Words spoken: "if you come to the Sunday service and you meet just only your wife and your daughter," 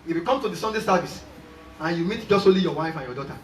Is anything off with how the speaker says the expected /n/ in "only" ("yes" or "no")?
yes